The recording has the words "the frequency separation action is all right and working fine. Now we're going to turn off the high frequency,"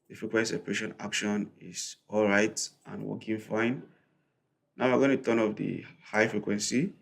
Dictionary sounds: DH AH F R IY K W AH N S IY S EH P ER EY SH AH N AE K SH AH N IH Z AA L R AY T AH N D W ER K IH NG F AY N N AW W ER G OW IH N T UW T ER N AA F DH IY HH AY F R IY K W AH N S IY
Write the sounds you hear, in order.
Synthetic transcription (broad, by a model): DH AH F R IY K W AH N S IY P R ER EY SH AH N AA K SH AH N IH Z AA L R AY T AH N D W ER K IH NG F AY N N AW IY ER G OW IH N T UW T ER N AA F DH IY HH AY F R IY K W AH N S IY